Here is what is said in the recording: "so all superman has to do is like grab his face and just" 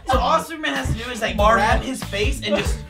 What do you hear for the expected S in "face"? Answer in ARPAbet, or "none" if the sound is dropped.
S